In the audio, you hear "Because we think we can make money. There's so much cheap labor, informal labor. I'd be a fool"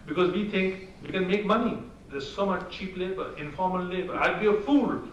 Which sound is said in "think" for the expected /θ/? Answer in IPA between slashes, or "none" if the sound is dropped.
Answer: /t/